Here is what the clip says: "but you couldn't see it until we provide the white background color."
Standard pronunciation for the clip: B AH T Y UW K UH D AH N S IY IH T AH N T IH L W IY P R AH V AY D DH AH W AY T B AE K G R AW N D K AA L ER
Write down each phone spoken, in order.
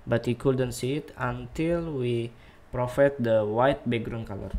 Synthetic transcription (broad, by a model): B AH T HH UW K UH D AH N S IY IH T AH N T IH L W IY P R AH F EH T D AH W AY T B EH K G R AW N K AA L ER